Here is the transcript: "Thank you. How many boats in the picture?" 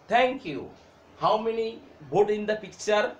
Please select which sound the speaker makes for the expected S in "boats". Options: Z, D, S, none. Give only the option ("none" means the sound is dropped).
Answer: none